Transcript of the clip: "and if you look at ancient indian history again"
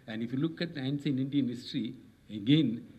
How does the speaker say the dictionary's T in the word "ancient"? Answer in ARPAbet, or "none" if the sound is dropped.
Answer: none